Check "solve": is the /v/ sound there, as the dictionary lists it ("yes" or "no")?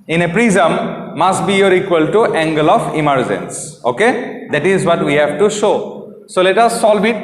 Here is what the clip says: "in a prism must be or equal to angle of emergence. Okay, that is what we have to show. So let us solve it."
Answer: no